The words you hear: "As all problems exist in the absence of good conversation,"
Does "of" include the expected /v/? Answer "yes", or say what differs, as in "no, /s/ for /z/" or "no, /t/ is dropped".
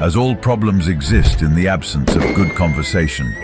yes